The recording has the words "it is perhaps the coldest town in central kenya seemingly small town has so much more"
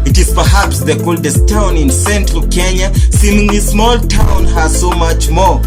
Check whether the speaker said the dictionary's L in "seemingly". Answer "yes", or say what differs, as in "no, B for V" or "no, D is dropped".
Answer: no, L is dropped